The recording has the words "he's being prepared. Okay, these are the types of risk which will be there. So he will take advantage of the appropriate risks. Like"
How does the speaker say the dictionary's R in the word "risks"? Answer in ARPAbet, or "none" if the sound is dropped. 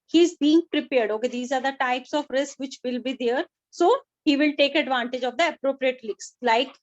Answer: L